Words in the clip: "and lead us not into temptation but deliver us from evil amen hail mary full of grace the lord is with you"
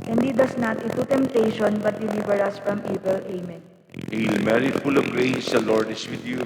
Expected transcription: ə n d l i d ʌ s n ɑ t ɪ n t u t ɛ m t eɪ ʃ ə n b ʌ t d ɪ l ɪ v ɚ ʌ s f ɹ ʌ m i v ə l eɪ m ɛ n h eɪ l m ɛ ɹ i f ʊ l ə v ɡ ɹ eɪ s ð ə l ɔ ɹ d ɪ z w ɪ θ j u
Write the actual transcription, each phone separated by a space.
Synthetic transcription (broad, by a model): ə n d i d ʌ s n ɑ t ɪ t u t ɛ m t eɪ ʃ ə n b ʌ t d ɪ l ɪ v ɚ ʌ s f ɹ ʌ m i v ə l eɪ m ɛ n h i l m ɛ ɹ i f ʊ l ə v ɡ ɹ eɪ s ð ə l ɔ ɹ d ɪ s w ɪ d j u